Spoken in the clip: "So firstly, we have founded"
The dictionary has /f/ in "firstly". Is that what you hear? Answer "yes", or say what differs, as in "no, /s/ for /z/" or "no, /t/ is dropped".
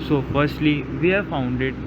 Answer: yes